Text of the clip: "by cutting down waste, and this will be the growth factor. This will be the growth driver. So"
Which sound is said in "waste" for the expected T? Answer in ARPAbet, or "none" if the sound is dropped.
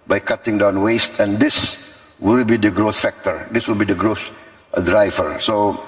T